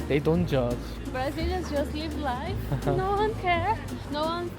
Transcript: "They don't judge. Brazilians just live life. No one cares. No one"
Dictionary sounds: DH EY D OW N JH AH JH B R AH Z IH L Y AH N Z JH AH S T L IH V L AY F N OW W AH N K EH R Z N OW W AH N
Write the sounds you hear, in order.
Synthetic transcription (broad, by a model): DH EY D OW N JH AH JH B R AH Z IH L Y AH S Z JH AH S T L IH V L AY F N OW W AH N K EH R N OW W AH N